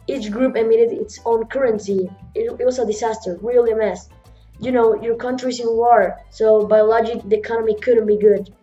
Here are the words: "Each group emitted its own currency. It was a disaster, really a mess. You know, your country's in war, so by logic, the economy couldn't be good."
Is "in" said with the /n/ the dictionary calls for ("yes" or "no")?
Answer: no